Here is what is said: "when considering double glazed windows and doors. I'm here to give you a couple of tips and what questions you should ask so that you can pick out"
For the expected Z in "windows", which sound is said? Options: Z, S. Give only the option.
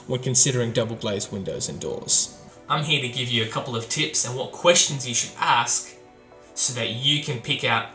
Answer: Z